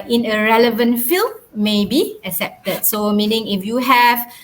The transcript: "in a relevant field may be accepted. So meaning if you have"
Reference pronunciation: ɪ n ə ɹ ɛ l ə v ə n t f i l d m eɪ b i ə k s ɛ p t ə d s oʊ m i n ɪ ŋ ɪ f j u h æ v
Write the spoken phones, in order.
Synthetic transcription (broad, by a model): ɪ n ə ɹ ɛ l ə v ə n t f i l m eɪ b i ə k s ɛ p t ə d s oʊ m i n ɪ ŋ ɪ f j u h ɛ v